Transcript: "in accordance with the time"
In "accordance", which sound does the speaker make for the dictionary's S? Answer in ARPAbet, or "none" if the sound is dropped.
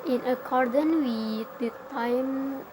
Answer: none